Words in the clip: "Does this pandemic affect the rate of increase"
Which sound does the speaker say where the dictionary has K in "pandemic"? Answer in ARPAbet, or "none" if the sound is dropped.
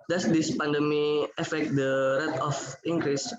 none